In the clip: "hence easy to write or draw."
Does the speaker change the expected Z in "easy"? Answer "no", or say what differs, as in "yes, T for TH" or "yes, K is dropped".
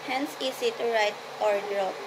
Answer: yes, S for Z